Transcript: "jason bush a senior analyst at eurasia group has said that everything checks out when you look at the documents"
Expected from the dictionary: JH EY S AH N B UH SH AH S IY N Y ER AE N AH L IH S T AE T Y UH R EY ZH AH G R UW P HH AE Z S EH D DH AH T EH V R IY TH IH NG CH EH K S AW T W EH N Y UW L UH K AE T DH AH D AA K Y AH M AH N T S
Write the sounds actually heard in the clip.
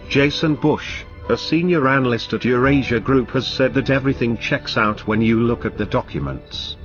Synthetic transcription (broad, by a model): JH EY S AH N B UH SH AH S IY N Y ER AE N AH L IH S T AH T Y UH R EY ZH AH G R UW P HH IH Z S EH D DH AH T EH V R IY TH IH NG CH EH K S AW T W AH N Y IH L UH K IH T DH AH D AA K Y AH M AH N T S